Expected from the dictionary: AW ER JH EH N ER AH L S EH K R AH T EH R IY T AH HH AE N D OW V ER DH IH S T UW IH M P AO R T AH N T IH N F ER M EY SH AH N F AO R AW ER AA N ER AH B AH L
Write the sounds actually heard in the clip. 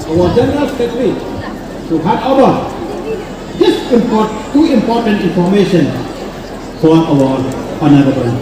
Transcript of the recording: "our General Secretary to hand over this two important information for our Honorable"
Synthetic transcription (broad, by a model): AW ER JH EH N ER AH L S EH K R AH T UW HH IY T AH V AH D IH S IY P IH T UW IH M P AO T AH N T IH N F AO M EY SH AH N F AO R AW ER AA N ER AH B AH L